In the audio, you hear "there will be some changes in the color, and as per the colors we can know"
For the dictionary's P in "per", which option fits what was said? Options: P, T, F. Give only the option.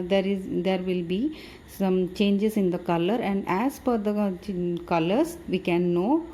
F